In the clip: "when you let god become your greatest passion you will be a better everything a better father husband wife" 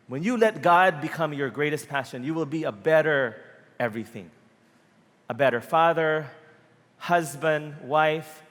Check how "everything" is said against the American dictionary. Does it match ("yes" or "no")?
yes